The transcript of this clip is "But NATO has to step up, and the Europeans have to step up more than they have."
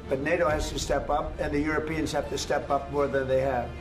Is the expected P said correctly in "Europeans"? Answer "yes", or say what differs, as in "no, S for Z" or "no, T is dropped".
yes